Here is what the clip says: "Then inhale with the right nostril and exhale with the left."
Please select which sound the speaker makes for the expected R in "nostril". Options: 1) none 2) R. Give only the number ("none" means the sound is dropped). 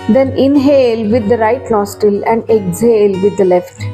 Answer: 1